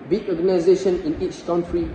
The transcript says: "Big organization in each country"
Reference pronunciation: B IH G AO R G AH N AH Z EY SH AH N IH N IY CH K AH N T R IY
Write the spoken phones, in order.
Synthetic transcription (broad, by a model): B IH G AO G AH N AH Z EY SH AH N IH N IY CH K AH N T R IY